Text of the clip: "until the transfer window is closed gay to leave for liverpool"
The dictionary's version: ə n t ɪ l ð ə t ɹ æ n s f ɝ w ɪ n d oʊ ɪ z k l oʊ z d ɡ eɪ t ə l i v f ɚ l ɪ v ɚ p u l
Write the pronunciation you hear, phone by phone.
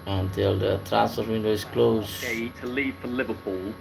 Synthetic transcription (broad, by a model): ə n t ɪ l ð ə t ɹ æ s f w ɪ n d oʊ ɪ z k l oʊ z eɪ t ə l i v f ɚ l ɪ v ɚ p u l